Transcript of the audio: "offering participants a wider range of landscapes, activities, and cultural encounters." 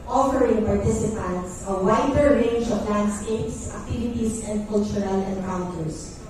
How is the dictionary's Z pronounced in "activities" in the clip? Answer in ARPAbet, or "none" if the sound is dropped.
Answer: S